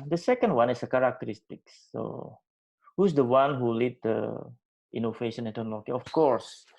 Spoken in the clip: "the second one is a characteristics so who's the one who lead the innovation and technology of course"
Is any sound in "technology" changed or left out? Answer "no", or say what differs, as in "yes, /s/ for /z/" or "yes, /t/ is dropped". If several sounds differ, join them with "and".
yes, /k/ is dropped